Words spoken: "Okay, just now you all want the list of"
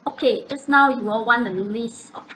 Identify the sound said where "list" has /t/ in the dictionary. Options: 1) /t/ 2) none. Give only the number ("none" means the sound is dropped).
2